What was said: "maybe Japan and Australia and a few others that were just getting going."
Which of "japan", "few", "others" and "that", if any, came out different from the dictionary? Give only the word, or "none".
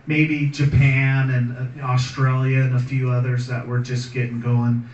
none